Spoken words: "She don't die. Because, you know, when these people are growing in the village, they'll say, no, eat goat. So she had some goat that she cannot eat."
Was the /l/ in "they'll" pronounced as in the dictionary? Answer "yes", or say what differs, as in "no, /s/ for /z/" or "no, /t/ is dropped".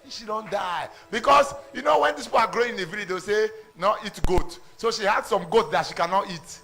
no, /w/ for /l/